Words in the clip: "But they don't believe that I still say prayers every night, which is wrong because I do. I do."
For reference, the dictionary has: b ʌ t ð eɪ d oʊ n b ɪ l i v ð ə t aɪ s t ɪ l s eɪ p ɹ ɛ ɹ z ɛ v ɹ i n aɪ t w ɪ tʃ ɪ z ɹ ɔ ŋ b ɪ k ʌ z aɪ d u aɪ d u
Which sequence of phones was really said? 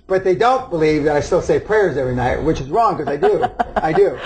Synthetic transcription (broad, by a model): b ʌ t ð eɪ d oʊ n b ɪ l i v ð ə t aɪ s t ɪ l s eɪ p ɹ ɛ ɹ z ɛ v ɹ i n aɪ t w ɪ tʃ ɪ z ɹ ɔ ŋ k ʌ z aɪ d u aɪ d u